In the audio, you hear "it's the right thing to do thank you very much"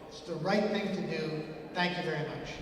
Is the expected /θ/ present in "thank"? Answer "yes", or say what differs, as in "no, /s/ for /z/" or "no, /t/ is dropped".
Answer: yes